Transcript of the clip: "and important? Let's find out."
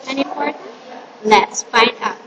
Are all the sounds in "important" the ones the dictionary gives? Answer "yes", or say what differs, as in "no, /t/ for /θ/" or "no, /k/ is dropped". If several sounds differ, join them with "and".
no, /m/ is dropped